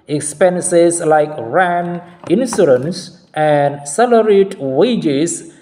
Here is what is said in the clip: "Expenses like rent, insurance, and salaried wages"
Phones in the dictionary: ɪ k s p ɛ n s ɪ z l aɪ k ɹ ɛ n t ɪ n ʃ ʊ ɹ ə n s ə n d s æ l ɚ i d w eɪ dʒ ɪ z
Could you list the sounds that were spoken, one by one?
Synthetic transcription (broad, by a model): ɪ k s p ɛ n s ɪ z l aɪ k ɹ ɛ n ɪ n s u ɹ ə n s ə n d s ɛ l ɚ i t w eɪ dʒ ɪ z